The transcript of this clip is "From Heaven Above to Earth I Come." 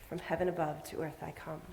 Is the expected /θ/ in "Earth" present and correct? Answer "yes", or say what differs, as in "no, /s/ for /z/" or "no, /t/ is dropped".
yes